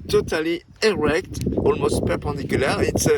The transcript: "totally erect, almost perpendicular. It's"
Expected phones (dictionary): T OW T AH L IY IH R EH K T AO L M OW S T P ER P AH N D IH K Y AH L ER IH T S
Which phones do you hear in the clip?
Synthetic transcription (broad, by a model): T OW T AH L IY IH R EH K T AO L M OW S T P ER P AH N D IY K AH L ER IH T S